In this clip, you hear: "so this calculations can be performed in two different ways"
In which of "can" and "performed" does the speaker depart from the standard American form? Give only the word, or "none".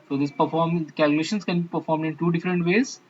none